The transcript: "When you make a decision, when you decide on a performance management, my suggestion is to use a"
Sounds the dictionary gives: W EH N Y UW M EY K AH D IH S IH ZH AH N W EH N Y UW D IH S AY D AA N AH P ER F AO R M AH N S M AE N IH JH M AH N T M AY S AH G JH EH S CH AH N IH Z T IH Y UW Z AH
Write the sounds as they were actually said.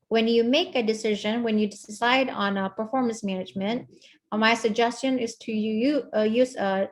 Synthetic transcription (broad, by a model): W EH N Y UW M EY K AH D IH S IH ZH AH N W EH N Y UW D IH S AY D N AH P ER F AO R M AH N S M AE N IH JH M AH N T M AY S AH G JH EH S CH AH N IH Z T IH Y UW Z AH